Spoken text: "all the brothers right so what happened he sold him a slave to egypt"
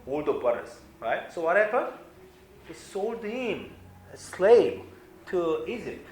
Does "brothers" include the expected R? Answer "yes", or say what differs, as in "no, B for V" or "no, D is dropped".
no, R is dropped